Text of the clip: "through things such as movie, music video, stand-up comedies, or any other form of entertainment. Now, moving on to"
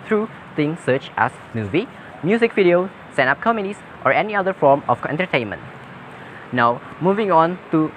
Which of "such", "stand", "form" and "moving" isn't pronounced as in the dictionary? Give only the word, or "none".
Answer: stand